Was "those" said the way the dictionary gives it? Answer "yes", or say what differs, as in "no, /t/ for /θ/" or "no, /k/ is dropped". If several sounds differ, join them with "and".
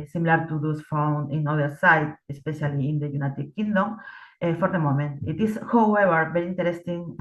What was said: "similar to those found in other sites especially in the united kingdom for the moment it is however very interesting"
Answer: no, /s/ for /z/